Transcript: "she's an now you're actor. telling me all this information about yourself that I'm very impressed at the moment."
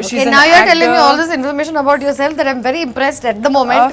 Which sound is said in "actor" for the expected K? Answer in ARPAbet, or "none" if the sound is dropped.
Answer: none